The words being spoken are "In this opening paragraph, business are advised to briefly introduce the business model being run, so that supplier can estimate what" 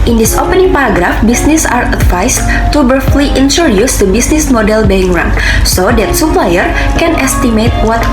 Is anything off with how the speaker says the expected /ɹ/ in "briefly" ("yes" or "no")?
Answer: yes